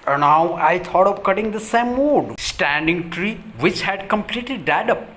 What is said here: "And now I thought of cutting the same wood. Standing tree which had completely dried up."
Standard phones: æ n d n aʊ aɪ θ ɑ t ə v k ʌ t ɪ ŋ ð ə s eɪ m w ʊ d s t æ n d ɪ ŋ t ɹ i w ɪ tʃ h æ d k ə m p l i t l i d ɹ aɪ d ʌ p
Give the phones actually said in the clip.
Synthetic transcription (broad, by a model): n n aʊ aɪ t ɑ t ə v k ʌ t ɪ ŋ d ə s eɪ m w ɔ d s t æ n d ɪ ŋ t ɹ i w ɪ tʃ h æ d k ə m p l i t l i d aɪ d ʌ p